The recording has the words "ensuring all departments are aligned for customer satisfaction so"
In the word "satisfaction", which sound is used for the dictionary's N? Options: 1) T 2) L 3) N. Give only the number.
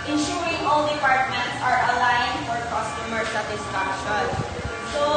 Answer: 2